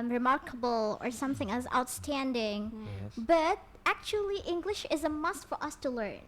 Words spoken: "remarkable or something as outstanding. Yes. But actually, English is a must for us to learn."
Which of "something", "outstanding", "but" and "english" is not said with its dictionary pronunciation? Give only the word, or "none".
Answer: none